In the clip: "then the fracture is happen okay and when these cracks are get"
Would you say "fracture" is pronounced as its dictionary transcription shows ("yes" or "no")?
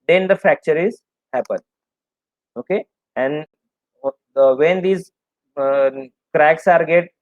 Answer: no